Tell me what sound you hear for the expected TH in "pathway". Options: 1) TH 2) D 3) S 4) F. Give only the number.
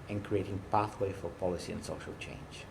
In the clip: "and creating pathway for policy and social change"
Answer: 1